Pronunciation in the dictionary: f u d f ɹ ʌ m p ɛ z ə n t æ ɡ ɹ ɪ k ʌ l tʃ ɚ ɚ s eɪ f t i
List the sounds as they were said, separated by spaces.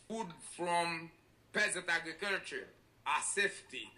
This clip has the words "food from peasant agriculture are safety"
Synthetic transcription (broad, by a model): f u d f ɹ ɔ m p ɛ z ə n t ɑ ɡ ɹ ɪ k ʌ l tʃ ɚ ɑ s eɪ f t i